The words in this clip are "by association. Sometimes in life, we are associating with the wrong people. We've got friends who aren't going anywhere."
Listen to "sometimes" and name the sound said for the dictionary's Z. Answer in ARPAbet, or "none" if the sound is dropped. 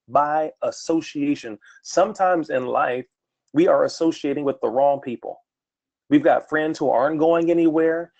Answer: Z